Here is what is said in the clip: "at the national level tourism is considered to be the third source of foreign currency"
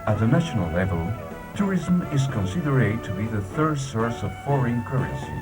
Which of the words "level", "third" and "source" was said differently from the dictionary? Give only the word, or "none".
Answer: none